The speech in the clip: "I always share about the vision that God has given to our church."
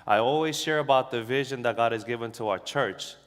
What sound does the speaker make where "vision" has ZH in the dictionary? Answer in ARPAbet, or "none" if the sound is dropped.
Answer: ZH